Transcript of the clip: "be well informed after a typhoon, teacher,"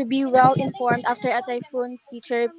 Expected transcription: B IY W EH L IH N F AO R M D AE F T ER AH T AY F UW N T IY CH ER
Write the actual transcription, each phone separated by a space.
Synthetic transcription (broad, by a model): B IY W EH L IH N F AO R M D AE F T ER AH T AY F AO N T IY CH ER